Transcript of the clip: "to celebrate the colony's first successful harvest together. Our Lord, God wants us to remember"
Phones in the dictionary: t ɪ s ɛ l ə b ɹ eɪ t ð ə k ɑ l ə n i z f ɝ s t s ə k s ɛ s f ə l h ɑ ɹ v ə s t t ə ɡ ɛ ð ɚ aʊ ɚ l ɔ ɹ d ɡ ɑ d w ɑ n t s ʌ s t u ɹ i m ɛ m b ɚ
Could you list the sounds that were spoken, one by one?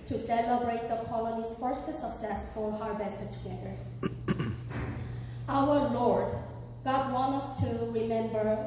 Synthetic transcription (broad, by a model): t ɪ s ɛ l ə b ɹ eɪ t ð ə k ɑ l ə n i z f ɝ s t s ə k s ɛ s f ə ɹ h ɑ ɹ v ə s t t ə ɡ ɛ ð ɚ aʊ ɚ l ɔ ɹ d ɡ ɑ d w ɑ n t ʌ s t u ɹ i m ɛ m b ɚ